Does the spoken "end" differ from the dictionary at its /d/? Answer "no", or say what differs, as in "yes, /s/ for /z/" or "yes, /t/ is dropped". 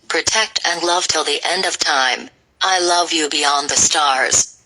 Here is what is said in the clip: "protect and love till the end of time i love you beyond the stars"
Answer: no